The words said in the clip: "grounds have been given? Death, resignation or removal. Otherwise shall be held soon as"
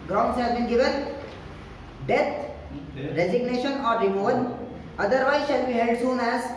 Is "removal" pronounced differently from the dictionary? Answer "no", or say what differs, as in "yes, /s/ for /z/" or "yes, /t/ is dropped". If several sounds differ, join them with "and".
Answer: yes, /n/ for /l/